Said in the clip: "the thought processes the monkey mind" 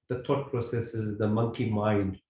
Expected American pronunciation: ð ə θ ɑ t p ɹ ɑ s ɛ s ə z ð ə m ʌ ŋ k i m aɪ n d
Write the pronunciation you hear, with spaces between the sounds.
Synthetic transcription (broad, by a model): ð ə t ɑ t p ɹ ɑ s ɛ s ə z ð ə m ʌ ŋ k i m aɪ n d